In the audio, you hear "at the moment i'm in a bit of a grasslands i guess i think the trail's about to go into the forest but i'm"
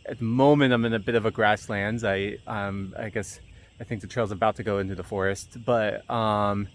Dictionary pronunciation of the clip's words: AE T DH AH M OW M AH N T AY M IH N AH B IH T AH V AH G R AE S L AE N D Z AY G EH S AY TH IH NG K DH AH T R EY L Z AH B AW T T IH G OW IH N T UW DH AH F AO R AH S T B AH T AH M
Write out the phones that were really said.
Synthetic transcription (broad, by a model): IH T DH AH M OW M AH N T AY M IH N AH B IH T AH V AH G R AE S L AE N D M AY G EH S AY TH IH NG K DH AH T R EY L Z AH B AW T T IH G OW IH N T UW DH AH F AO R AH S T B AH T AH M